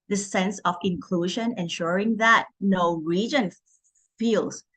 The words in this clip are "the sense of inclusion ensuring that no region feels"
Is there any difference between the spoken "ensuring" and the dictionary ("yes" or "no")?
no